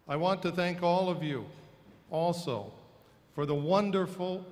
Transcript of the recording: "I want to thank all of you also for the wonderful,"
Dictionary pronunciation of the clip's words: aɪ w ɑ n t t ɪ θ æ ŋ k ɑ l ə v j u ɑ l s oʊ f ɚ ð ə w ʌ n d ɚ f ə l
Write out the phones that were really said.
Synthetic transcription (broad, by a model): aɪ w ɑ n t t ɪ θ æ ŋ k ɑ l ə v j u ɑ l s oʊ f ɚ ð ə w ʌ n d ɚ f l